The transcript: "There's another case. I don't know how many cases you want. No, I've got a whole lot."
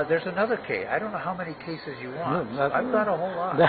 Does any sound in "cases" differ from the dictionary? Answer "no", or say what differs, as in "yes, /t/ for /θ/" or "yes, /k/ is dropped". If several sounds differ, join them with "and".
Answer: no